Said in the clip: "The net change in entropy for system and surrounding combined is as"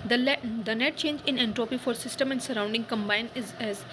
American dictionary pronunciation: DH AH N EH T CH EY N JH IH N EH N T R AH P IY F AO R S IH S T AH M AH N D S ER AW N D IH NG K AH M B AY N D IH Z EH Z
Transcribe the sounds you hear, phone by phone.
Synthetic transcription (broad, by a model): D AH N EH T CH EY N JH IH N EH N T R AH P IY F AO R S IH S T AH M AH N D S ER AW N D IH NG K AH M B AY N IH Z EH Z